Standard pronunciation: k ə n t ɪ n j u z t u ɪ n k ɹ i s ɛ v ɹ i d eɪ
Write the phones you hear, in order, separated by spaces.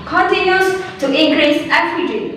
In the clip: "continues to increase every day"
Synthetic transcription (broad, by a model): k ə n t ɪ n j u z t u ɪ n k ɹ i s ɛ ɹ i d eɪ